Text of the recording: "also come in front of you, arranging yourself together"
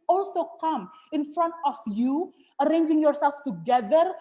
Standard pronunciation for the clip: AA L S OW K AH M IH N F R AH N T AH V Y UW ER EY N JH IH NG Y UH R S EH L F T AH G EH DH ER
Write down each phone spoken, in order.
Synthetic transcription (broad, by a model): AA L S OW K AH M IH N F R AH N T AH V Y UW ER EY N JH IH NG Y UH R S EH L F T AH G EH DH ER